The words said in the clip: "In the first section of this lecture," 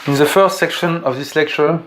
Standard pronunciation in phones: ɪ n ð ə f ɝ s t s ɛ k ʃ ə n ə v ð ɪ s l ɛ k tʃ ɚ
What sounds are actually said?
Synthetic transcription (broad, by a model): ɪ n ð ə f ɝ s t s ɛ k ʃ ə n ə v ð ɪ s l ɛ k tʃ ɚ